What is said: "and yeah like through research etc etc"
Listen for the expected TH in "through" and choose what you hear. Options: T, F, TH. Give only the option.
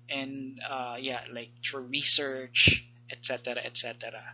F